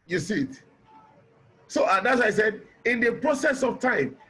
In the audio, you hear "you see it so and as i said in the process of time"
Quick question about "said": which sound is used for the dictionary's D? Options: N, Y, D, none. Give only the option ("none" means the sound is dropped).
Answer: D